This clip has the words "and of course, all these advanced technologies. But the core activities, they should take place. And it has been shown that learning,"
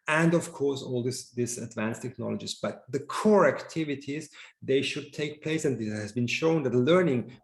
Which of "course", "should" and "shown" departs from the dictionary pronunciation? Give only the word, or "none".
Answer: none